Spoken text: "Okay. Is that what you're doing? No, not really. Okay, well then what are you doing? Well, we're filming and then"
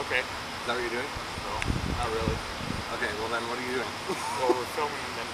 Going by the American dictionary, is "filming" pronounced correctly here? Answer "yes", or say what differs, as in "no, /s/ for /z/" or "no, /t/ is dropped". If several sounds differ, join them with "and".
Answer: no, /l/ is dropped